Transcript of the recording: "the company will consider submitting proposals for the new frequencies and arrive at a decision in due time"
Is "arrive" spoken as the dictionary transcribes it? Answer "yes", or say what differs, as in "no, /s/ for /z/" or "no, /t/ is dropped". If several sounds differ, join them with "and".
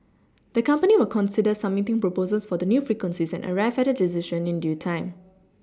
no, /f/ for /v/